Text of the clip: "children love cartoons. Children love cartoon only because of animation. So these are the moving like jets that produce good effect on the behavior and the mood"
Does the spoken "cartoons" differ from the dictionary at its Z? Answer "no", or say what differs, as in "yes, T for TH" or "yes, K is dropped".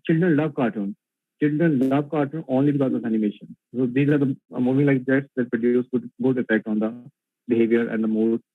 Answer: yes, Z is dropped